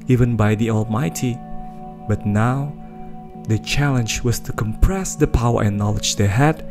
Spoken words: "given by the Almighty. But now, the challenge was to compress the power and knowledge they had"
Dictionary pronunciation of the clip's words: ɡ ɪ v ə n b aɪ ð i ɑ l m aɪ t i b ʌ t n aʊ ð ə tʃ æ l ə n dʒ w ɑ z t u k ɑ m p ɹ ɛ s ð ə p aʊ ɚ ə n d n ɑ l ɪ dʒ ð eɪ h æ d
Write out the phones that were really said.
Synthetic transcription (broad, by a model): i v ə n b aɪ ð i ɑ l m aɪ t i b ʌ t n aʊ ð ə tʃ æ l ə n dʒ w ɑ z t u k ɑ m p ɹ ɛ s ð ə p aʊ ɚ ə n n ɑ l ɪ dʒ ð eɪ h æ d